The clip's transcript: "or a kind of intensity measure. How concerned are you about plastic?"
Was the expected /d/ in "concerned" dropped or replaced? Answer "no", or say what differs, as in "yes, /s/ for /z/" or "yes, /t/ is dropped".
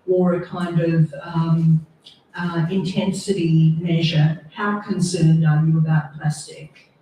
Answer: no